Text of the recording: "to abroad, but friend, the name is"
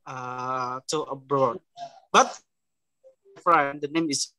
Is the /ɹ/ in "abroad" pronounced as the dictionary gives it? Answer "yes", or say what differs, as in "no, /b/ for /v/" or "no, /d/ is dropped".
yes